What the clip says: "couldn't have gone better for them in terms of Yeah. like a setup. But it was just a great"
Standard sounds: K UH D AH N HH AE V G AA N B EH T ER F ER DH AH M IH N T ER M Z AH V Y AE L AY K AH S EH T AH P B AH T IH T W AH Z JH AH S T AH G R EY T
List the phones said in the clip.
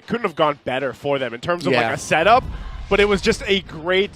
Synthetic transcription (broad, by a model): K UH D N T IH V G AA N B EH T ER F ER DH AH M IH N T ER M Z AH V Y L AY K AH S EH T AH P B AH T IH T W AH Z JH AH S T AH G R EY T